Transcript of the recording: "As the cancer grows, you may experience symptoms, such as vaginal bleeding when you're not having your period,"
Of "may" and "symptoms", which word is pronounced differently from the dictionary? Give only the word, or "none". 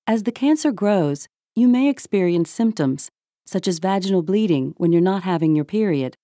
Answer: none